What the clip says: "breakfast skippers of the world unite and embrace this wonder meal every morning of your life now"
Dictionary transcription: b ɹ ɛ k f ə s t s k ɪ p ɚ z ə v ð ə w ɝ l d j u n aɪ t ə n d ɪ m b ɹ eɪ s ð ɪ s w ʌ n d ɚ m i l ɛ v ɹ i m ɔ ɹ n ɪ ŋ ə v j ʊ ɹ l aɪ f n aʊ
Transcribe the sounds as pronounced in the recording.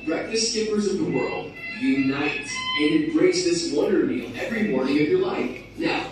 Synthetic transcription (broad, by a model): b ɹ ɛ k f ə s s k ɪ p ɚ z ə v ð ə w ɝ l d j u n aɪ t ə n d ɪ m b ɹ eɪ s ð ɪ s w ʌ d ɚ m i l ɛ v ɹ i m ɔ ɹ n ɪ ŋ ə v j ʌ ɹ l aɪ f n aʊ